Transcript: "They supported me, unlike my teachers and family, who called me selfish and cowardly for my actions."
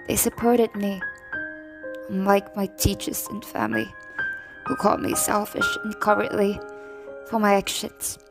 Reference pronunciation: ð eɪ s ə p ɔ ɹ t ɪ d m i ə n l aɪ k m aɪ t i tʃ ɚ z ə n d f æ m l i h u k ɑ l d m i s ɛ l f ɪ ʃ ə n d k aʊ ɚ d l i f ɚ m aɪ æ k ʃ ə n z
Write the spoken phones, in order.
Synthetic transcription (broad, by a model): ð eɪ s ə p ɔ ɹ t ɪ d m i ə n l aɪ k m aɪ t i tʃ ɚ z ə n f æ m l i h u k ɑ l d m i s ɛ l f ɪ ʃ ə n k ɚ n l i f ɚ m aɪ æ k ʃ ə n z